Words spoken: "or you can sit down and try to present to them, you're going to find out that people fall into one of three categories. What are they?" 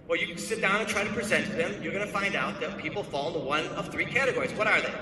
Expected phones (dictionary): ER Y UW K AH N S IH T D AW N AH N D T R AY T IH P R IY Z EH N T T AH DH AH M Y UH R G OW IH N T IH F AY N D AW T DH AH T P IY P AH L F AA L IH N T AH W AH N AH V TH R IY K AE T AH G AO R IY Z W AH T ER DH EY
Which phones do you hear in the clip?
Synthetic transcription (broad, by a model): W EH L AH S IH T D AW N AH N T R AY T IH P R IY Z EH N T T DH AH M Y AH R G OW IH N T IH F AY N D AW T DH AH T P IY P L F AA L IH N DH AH W AH N AH V TH R IY K AE T AH G AO R IY Z W AH T ER DH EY